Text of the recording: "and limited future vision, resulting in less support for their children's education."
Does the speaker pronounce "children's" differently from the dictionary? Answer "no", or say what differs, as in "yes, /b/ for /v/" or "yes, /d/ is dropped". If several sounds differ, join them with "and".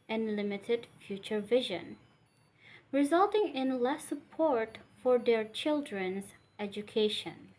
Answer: no